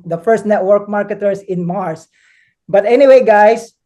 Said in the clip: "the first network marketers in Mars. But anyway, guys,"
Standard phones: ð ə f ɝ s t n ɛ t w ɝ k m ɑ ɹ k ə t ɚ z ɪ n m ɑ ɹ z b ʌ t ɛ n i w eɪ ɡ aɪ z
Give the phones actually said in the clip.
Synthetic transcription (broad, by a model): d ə f ɝ s t n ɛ t w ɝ k m ɑ ɹ k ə t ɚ s ɪ n m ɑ ɹ s b ʌ t ɛ n i w eɪ ɡ aɪ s